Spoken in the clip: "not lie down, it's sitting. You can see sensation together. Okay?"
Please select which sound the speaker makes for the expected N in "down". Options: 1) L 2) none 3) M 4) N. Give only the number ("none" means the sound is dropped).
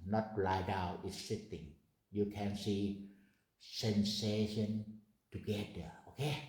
2